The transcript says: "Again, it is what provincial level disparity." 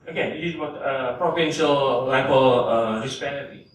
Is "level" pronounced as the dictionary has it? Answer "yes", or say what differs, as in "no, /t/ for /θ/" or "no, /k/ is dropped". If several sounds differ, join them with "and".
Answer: no, /b/ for /v/